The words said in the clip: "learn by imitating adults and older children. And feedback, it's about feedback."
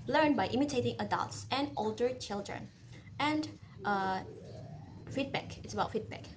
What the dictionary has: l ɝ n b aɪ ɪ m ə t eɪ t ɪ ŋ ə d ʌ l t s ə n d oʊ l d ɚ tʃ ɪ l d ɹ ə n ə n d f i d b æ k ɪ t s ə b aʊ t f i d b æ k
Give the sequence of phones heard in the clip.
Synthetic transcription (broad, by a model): l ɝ n b aɪ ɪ m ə t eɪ t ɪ ŋ ə d ʌ l t s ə n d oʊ l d ɚ tʃ ɪ l d ɹ ə n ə n d f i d b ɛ k ɪ t s ə b aʊ t f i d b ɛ k